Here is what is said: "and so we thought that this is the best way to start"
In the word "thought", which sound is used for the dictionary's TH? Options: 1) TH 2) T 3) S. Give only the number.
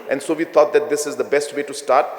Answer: 2